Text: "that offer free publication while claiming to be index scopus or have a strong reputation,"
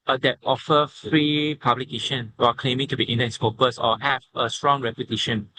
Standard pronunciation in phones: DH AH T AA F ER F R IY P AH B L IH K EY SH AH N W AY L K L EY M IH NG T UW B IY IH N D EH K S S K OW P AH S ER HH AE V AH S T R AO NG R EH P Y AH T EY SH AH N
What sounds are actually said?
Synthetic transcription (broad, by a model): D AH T AA F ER F R IY P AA B L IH K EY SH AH N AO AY K L EY M IH NG T UW B IY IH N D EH S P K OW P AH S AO HH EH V AH S T R AO NG R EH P Y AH T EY SH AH N